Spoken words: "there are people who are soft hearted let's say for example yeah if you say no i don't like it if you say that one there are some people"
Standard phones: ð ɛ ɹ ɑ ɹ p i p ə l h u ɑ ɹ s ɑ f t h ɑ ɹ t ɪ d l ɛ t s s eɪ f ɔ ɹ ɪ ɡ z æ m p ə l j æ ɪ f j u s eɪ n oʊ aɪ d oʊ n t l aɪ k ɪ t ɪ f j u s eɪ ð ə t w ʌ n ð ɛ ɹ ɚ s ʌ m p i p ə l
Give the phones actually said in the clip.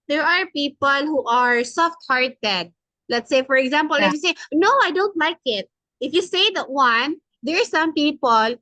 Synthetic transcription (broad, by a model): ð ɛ ɹ ɑ ɹ p i p ə l h u ɑ ɹ s ɑ f t h ɑ ɹ t ɪ d l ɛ t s s eɪ f ɔ ɹ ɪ ɡ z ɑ m p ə l ɪ f j u s eɪ n oʊ aɪ d oʊ n t l aɪ k ɪ t ɪ f j u s eɪ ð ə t w ʌ n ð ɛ ɹ s ʌ m p i p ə l